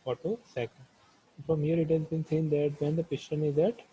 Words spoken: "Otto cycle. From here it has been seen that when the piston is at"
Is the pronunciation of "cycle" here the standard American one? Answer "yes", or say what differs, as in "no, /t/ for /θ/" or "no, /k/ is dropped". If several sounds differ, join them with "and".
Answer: no, /n/ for /l/